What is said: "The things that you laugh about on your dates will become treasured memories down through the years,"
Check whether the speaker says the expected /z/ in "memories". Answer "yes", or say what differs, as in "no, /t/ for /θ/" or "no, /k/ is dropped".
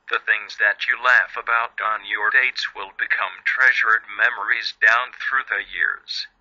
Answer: yes